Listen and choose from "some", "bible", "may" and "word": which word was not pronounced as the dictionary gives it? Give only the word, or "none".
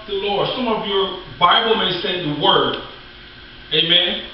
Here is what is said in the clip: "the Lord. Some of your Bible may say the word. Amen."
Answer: none